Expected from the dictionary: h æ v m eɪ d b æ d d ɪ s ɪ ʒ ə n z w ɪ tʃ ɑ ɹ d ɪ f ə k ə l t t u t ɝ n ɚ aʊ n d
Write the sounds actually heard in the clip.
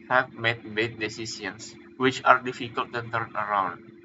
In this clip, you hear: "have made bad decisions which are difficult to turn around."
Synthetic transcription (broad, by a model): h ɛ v m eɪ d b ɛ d d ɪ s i s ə n s w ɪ tʃ ɑ ɹ d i f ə k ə l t t u t ɝ n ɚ aʊ n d